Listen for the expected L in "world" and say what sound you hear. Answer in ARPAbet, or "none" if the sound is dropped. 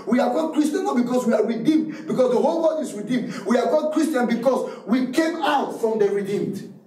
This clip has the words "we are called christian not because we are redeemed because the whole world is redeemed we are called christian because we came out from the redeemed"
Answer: none